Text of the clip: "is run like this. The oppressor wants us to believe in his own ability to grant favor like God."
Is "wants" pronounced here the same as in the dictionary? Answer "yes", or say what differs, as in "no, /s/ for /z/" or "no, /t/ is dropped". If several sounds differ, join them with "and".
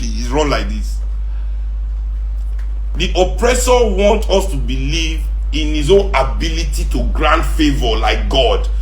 no, /s/ is dropped